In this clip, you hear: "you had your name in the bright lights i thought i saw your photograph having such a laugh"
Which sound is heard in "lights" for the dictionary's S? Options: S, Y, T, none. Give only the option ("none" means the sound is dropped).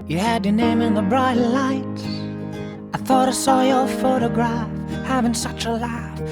none